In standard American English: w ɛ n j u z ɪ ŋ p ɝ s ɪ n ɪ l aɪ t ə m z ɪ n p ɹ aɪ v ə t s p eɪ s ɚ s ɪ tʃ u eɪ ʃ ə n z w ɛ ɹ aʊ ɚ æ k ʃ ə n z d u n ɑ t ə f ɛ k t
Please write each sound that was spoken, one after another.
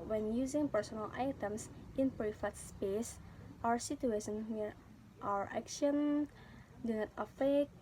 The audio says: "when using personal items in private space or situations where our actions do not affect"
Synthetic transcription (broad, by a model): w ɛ n j u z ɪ ŋ p ɝ s ɪ n ɪ l aɪ t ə m s ɪ n p ɹ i f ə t s p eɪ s ɚ s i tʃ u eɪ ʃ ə n w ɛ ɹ aʊ ɚ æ k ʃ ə n d u n ɑ t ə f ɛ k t